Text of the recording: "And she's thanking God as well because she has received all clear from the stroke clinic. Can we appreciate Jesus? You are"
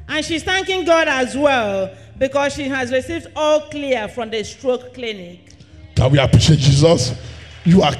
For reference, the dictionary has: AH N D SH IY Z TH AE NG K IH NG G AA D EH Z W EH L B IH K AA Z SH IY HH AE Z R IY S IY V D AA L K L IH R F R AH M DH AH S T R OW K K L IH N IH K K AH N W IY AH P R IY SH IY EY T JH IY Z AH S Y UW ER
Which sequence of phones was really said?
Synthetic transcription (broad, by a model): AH N SH IY Z TH AE NG K IH NG G AA D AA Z W EH L B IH K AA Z SH IY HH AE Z R IY S IY V D AA L K L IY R F R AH M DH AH S T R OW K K L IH N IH K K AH W IY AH P R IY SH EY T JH IY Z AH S Y UW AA